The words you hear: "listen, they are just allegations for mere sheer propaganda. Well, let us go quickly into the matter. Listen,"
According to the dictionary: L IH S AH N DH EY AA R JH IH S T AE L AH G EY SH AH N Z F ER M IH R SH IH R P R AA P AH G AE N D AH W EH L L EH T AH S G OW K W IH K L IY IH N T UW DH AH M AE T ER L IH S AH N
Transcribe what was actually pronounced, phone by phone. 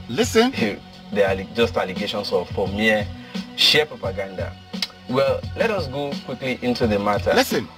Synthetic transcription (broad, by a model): L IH S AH N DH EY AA L JH IH S T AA L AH G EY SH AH N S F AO M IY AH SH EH P R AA P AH G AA N D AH W EH L L EH T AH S G OW K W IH K L IY IH N T UW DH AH M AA T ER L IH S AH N